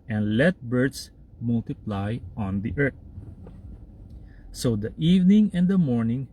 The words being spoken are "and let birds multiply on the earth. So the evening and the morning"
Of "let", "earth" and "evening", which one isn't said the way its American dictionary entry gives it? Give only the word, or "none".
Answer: earth